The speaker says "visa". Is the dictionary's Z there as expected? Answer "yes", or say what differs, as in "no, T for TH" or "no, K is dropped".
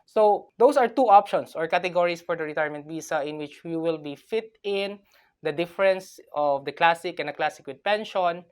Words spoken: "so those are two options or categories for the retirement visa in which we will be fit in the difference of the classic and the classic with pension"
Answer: no, S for Z